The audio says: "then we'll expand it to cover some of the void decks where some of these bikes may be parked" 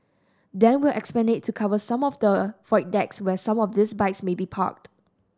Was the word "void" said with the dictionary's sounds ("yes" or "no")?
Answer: no